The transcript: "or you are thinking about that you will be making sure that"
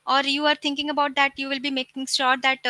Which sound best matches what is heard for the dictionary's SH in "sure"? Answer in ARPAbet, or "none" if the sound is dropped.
S